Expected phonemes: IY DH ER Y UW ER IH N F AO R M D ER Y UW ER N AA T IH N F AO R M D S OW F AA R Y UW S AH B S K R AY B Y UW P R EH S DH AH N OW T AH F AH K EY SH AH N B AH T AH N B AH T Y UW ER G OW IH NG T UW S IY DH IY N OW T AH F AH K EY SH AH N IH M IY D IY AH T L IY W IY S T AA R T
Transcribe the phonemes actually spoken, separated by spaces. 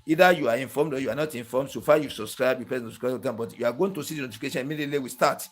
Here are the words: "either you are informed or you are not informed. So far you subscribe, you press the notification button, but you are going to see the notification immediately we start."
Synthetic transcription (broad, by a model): IY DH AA Y UW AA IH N F AO M D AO Y UW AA N AA T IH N F AO M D S OW F AA Y UW S AH B S K R AY B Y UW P EH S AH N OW S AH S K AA AH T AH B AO T Y UW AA G OW IH NG T UW S IY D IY N OW T AH F AH K EY SH AH N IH M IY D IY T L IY W IY S T AA T